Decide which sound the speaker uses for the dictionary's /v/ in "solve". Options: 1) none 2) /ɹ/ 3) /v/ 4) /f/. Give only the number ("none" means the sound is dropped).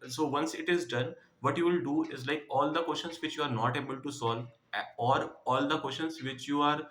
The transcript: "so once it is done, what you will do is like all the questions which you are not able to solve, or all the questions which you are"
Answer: 1